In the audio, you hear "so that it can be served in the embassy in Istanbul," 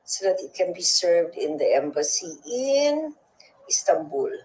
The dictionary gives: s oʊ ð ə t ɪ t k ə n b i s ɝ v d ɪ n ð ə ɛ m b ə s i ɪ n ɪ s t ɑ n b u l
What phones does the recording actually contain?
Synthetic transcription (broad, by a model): s oʊ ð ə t ɪ t k ə n b i s ɝ v d ɪ n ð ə ɛ m b ə s i ɪ n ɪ s t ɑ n b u l